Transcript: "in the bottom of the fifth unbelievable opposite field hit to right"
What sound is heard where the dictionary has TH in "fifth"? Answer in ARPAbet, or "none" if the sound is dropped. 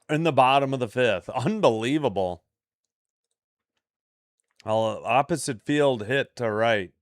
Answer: TH